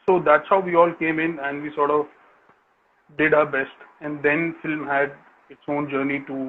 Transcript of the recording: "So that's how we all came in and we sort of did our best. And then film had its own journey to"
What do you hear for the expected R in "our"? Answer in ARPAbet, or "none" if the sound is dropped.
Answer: R